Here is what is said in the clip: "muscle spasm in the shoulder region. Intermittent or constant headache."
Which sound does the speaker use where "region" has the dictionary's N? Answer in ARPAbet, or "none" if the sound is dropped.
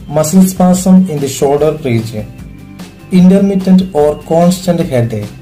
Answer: none